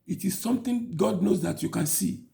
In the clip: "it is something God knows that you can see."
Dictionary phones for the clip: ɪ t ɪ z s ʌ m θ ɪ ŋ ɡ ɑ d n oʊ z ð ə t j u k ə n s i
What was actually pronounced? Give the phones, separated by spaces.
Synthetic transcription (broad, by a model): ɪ t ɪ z s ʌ m t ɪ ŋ ɡ ɑ d n oʊ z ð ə t j u k ə n s i